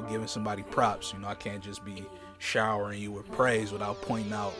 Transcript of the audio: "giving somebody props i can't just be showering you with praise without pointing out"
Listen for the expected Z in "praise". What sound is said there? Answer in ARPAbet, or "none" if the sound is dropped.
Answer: Z